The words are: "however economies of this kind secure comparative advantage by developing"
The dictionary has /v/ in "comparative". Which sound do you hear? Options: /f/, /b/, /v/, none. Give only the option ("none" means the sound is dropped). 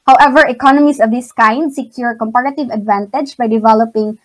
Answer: /v/